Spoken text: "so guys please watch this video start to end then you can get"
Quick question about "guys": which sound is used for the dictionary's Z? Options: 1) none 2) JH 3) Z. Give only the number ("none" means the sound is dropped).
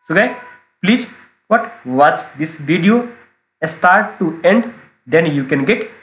1